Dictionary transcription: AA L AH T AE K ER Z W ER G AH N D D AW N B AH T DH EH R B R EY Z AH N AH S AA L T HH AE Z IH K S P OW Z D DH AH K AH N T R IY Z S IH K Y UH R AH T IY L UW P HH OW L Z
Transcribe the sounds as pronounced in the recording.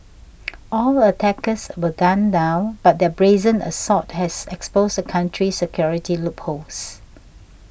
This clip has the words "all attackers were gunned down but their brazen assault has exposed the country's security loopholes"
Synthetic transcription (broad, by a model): AA L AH T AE K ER S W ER G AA N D D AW N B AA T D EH B R EY Z AH N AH S AA T HH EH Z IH K S P OW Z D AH K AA N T R IY S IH K Y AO R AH T IY L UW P HH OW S